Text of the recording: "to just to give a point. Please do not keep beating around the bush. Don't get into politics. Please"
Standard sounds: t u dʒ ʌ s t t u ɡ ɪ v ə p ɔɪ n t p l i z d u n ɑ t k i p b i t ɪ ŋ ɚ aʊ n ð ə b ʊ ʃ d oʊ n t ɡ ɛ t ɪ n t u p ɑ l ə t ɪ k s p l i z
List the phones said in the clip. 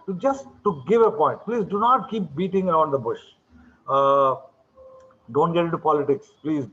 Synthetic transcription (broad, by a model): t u dʒ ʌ s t t u ɡ ɪ v ə p ɔɪ n t p l i z d u n ɑ t k i p b i t ɪ ŋ ɚ aʊ n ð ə b ʊ ʃ d oʊ n t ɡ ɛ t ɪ t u p ɑ l ə t ɪ k s p l i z